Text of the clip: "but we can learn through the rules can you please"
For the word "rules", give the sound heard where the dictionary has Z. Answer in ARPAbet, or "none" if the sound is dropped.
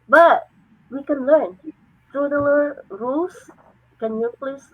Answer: S